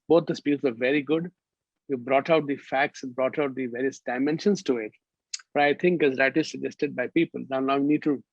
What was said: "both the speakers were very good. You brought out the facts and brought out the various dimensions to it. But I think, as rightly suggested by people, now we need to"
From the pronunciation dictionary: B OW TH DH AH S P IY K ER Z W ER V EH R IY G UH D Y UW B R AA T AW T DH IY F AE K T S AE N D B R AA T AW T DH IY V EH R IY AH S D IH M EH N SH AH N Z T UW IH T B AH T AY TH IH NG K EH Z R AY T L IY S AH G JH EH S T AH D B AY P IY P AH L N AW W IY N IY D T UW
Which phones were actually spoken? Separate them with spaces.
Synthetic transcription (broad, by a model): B OW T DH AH S P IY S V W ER V EH R IY G UH D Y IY B R AA T AW T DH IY F AE K T S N B R AA T AW T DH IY V EH R IY AH S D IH M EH N SH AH N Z T UW IH T B AH T AY T IH NG K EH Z R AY T IY S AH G JH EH S T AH D B AY P IY P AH L N AW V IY N IY D T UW